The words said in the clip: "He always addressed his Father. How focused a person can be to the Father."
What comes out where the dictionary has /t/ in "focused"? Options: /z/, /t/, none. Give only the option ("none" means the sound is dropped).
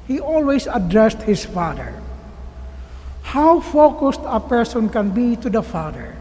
/t/